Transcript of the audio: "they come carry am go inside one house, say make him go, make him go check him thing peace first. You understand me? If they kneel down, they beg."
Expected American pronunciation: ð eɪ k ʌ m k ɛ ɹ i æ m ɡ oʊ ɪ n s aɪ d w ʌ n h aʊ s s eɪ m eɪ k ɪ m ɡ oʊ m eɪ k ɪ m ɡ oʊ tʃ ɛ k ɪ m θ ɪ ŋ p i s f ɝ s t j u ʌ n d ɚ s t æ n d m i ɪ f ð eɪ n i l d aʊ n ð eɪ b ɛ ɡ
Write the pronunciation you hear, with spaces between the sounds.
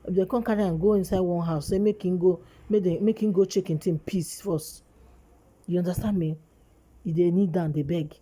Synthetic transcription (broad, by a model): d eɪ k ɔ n k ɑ ɹ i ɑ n ɡ oʊ ɪ n s aɪ d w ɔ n h aʊ s s eɪ m eɪ k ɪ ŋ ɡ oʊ m eɪ k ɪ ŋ ɡ oʊ tʃ ɛ k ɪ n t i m p i s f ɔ s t j u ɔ n d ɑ s t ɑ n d m i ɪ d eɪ n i d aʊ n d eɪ b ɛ ɡ